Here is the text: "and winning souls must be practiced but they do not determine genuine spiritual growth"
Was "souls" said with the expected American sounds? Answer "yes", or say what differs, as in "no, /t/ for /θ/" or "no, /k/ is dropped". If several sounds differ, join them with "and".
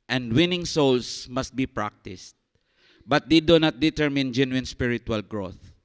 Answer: no, /s/ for /z/